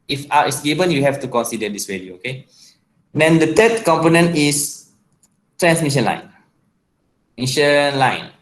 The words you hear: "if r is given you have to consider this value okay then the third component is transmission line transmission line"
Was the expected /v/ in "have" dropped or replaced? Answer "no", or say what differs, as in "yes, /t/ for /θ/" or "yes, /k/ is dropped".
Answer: yes, /f/ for /v/